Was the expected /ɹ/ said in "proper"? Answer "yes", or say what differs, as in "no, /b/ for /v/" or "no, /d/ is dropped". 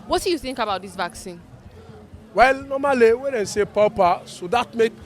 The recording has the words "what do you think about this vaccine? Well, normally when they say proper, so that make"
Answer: no, /ɹ/ is dropped